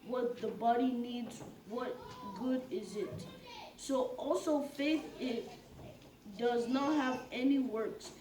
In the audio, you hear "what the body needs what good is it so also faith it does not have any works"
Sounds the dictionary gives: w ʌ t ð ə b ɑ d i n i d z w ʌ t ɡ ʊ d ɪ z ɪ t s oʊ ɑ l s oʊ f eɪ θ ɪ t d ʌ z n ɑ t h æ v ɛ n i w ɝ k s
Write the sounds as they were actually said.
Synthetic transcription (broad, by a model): w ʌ t ð ə b ɑ d i n i d z w ʌ t ɡ ʊ d ɪ z ɪ t s oʊ ɑ l s oʊ f eɪ θ ɪ t d ʌ z n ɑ t h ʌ v ɛ n i w ɝ k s